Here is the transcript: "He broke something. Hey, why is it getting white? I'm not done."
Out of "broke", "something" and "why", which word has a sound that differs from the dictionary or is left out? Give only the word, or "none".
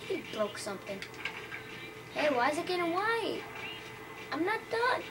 broke